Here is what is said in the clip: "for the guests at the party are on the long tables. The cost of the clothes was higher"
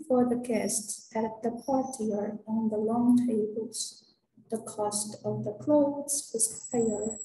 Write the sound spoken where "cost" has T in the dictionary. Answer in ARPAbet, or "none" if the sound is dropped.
T